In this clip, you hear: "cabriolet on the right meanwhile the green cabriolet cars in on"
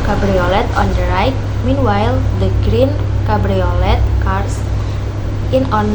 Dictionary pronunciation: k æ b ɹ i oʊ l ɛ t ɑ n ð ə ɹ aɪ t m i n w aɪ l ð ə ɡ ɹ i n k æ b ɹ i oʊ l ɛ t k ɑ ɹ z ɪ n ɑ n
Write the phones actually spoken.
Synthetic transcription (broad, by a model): k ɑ b ɹ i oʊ l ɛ t ɑ n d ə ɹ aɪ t m i n w aɪ l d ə ɡ ɹ i n k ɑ b ɹ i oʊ l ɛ t k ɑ ɹ s ɪ n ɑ n